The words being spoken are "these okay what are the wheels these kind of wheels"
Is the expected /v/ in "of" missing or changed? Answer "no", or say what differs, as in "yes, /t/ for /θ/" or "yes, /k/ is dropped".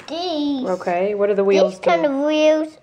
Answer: no